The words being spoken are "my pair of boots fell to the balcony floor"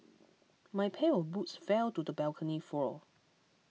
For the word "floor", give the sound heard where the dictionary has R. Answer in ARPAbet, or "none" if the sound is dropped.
L